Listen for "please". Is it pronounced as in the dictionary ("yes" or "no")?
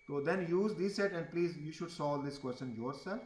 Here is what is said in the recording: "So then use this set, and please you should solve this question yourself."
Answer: yes